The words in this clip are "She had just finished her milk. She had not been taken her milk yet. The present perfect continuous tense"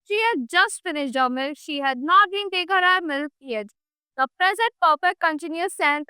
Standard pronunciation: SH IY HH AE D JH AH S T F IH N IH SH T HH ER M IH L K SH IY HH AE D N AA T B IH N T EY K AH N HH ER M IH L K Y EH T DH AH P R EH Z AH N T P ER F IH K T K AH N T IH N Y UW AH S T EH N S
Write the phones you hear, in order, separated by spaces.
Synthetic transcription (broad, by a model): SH IY HH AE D JH AH S T F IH N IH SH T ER M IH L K SH IY HH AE D N AA T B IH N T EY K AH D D M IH L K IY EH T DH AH P R EH Z AH N T P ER P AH T K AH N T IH N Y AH S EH N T